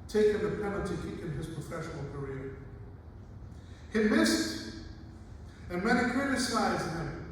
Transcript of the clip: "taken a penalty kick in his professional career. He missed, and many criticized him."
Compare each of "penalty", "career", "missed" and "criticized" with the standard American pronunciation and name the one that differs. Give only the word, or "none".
penalty